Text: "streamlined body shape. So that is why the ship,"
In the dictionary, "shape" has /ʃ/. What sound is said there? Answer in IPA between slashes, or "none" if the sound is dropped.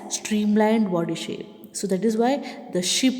/ʃ/